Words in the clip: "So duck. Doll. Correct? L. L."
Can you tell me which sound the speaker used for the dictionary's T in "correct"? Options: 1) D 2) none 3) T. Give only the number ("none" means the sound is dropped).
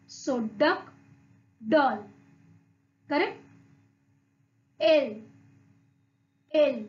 2